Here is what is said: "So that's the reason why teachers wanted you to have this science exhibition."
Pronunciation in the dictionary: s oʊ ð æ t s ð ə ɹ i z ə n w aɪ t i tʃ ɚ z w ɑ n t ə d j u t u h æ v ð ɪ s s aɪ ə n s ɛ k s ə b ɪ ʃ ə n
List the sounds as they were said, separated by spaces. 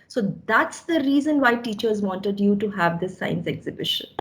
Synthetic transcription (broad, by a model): s oʊ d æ t s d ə ɹ i z ə n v aɪ t i tʃ ɚ z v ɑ n t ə d j u t u h æ v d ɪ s s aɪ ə n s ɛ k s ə b ɪ ʃ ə n